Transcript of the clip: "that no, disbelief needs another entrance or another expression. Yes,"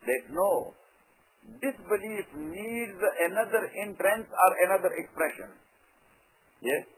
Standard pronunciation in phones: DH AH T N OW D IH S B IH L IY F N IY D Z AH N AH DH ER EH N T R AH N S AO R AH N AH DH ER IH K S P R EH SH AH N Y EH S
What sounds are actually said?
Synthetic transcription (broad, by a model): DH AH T N OW D IH S B IH L IY F N IY D Z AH N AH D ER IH N T R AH N S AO R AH N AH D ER IH K S P R EH SH AH N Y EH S